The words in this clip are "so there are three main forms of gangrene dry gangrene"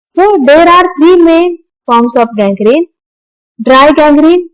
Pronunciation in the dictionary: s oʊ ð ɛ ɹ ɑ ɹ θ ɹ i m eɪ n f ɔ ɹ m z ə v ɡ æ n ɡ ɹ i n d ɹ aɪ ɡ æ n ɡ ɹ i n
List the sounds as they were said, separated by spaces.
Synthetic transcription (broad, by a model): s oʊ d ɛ ɹ ɑ ɹ t ɹ i m eɪ n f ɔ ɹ m s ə p ɡ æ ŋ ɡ ɹ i n d ɹ aɪ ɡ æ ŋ ɡ ɹ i n